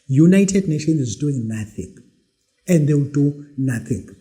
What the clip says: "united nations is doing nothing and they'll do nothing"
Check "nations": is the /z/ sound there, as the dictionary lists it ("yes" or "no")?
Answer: no